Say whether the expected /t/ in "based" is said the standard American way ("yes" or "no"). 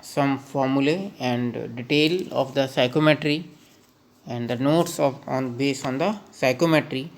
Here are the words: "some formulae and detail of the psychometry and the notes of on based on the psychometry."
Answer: no